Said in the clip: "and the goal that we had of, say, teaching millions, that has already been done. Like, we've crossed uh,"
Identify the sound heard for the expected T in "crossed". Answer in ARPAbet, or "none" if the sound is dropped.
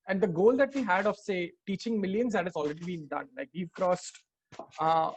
T